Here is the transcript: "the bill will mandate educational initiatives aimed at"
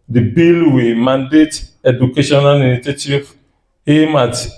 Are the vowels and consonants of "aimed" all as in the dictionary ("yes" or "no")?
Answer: no